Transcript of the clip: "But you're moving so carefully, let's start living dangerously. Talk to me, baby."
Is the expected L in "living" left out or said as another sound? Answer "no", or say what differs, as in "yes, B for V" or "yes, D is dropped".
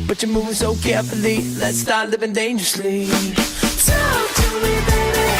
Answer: no